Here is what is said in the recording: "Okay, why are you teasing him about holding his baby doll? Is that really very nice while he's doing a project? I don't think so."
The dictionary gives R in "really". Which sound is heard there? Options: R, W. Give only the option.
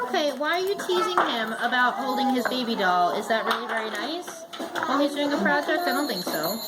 R